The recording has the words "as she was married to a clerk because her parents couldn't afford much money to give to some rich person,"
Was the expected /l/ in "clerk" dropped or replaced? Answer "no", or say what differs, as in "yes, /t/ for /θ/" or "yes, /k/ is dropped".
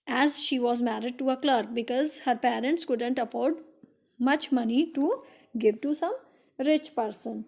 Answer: no